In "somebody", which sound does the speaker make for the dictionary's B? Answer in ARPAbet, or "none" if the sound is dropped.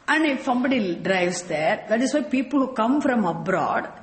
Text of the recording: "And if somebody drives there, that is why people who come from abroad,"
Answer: B